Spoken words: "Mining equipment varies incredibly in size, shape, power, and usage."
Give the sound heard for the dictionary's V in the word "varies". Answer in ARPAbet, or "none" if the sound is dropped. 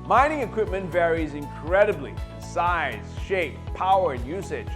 V